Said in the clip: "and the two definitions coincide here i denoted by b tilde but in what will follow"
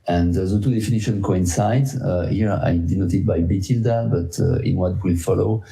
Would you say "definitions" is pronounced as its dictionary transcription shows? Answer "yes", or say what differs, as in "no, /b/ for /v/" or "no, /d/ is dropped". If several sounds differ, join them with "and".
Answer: no, /z/ is dropped